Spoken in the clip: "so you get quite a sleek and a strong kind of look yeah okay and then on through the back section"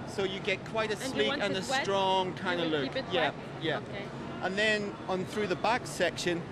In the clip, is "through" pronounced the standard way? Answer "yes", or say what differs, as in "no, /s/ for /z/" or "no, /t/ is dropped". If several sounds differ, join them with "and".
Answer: yes